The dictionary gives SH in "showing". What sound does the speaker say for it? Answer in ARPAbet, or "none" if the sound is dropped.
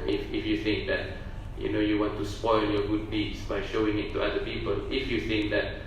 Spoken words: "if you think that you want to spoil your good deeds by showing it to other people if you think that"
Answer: SH